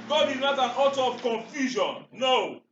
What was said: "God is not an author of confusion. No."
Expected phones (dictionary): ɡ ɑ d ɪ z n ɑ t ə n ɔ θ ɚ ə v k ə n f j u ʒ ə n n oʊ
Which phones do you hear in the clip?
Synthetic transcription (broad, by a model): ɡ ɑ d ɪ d n ɑ t ə n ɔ t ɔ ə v k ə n f j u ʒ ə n n oʊ